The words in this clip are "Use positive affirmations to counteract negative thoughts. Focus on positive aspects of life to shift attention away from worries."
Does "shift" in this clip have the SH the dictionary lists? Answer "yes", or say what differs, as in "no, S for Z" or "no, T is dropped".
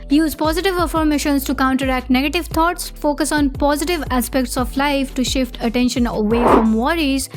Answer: yes